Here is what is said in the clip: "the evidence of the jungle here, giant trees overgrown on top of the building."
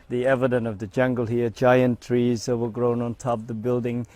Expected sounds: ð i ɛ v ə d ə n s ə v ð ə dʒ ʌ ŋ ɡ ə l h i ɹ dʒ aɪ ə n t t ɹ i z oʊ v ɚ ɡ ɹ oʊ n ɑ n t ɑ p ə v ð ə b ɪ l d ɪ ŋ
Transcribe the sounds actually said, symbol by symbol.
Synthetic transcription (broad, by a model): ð i ɛ v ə d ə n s ə v ð ə dʒ ʌ ŋ ɡ ə l h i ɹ dʒ aɪ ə n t t ɹ i z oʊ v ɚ ɡ ɹ oʊ n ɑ n t ɑ p ð ə b ɪ l d ɪ ŋ